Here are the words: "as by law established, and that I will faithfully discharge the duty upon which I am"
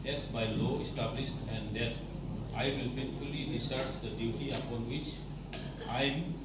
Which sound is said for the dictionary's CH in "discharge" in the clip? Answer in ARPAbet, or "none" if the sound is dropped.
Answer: none